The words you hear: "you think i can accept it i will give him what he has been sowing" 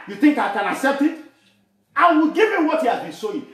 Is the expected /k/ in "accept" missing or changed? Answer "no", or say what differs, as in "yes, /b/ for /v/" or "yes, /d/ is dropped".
no